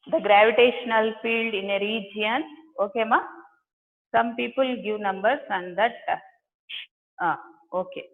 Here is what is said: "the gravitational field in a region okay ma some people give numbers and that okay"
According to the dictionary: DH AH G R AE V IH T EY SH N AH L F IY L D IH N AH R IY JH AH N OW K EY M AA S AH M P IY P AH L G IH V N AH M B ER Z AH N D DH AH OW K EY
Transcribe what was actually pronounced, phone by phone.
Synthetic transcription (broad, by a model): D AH G R AE V IH T EY SH N AH L F IY L D IH N AH R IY JH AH N OW K EY M AA S AH M P IY P AH L G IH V N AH M B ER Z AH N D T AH OW K EY